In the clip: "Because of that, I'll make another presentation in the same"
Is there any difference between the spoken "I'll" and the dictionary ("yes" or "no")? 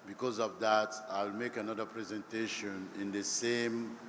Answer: no